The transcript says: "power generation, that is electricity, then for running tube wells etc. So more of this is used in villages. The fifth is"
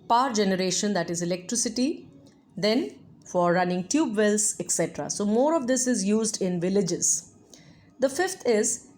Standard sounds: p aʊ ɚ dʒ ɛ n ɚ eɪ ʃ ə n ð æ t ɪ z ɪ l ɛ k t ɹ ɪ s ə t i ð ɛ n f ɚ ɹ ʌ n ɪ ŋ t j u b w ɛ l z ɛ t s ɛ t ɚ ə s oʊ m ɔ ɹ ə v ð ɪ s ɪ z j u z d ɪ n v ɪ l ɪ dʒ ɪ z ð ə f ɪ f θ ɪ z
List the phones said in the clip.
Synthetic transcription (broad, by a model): p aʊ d dʒ ɛ n ɚ eɪ ʃ ə n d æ t ɪ z ɪ l ɛ k t ɹ ɪ s ə t i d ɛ n f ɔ ɹ ʌ n ɪ ŋ t j u b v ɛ l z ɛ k s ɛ t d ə s oʊ m ɔ ɹ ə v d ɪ s ɪ z j u z d ɪ n v ɪ l ɪ dʒ ɪ z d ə f ɪ f t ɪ z